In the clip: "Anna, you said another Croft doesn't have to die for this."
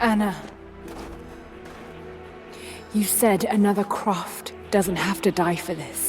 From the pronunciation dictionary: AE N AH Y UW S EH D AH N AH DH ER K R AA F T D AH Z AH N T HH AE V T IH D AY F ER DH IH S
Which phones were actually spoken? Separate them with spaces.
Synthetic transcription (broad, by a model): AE N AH Y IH S EH D AH N AH DH ER K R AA F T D AH Z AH N T HH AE F T IH D AY F ER DH IH S